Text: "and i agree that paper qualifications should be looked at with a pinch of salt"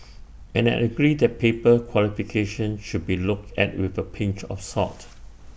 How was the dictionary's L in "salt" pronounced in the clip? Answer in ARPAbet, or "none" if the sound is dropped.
none